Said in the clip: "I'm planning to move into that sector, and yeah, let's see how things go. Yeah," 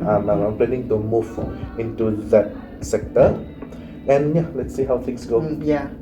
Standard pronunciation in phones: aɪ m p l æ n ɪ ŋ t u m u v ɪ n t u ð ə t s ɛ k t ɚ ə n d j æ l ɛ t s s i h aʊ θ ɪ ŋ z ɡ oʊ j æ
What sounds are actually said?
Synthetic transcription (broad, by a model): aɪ m p l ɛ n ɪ ŋ t u m u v ɪ n t u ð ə t s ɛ k t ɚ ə n j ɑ l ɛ t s s i h aʊ t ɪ ŋ s ɡ oʊ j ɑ